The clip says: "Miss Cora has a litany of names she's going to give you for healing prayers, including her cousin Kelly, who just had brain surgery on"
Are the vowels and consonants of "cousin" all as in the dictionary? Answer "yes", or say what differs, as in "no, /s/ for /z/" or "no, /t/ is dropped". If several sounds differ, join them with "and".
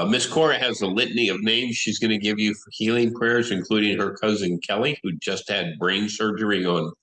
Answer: yes